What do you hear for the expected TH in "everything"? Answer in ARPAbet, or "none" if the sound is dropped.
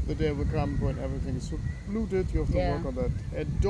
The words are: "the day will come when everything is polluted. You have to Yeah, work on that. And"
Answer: TH